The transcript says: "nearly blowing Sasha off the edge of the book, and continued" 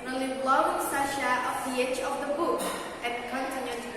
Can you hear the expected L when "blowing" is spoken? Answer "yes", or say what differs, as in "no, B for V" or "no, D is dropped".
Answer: yes